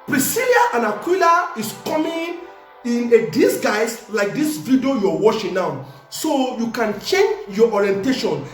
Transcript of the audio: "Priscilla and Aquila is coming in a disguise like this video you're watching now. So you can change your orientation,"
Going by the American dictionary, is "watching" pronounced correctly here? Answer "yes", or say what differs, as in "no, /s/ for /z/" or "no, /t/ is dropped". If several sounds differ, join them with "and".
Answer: no, /ʃ/ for /tʃ/